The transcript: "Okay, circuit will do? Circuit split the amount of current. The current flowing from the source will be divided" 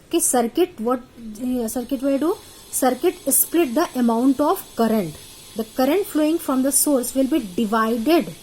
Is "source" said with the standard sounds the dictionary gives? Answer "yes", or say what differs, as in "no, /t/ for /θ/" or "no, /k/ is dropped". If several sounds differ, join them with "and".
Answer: yes